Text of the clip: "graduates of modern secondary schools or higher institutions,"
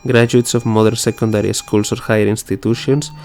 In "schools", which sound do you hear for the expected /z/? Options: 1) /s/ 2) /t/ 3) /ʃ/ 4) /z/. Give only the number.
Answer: 1